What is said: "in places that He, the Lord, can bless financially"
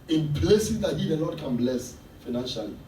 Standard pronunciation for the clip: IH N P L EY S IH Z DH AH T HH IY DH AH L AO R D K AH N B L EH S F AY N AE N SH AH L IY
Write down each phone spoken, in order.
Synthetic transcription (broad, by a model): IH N P L EY S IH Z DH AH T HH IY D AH N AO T K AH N B L EH S F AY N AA N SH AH L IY